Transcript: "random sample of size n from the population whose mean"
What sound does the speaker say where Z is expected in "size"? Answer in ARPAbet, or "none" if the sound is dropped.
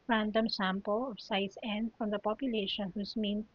S